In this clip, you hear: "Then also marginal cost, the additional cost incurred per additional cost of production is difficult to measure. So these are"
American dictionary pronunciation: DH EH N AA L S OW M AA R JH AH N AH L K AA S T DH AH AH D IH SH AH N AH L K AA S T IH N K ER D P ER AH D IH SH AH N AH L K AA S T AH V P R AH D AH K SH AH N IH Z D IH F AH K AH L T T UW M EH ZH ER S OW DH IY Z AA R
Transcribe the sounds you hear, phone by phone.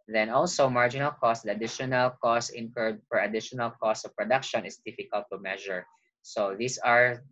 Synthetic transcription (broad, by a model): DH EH N AA L S OW M AA R JH AH N AH L K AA S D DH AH AH D IH SH AH N AH L K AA S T IH N K ER D F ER AH D IH SH AH N AH L K AA S T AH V P R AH D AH K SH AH N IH S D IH F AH K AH L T T UW M EH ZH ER S OW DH IY S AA R